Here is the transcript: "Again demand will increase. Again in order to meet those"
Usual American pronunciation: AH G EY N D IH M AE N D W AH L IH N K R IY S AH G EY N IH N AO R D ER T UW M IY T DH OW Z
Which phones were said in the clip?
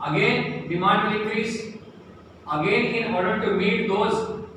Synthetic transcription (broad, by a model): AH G EY N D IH M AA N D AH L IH K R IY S AH G EY N IH N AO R D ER T UW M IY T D OW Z